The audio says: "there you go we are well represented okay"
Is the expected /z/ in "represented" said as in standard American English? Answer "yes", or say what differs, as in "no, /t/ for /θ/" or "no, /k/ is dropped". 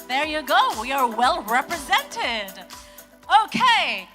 yes